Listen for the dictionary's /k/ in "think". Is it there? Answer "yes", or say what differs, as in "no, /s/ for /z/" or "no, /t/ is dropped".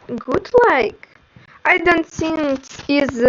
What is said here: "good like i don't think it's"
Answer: no, /k/ is dropped